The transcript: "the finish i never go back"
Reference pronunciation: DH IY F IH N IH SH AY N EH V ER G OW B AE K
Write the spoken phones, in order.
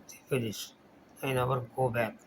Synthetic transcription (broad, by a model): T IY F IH L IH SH AY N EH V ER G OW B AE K